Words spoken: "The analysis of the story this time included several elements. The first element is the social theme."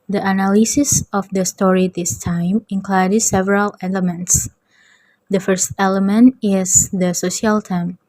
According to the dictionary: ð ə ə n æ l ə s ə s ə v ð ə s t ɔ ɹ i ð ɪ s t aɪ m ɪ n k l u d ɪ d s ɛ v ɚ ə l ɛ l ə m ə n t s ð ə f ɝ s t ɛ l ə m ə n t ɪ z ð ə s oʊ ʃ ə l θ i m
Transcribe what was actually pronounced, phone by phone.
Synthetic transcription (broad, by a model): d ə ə n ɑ l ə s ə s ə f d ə s t ɔ ɹ i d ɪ s t aɪ m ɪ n k l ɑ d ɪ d s ɛ v ɚ ə l ɛ l ə m ə n t s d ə f ɝ s t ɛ l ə m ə n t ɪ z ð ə s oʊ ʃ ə l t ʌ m